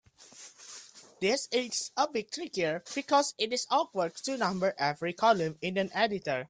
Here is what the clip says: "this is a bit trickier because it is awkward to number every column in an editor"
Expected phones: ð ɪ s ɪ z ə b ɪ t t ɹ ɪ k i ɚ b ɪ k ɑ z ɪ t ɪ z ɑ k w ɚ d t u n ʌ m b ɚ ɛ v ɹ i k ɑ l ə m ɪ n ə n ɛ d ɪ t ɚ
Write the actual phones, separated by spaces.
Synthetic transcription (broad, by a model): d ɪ s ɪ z ə b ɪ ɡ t ɹ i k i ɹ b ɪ k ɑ s ɪ t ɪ s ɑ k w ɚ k t u n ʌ m b ɚ ɛ v ɹ i k ɑ l ə m ɪ n ə n ɛ d ɪ t ɚ